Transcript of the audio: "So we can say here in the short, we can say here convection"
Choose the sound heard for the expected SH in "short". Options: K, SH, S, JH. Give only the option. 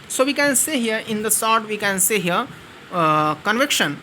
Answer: S